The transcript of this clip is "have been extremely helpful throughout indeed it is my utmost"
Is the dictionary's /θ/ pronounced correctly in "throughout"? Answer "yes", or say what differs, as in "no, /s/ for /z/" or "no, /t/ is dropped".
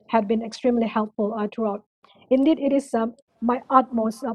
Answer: no, /t/ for /θ/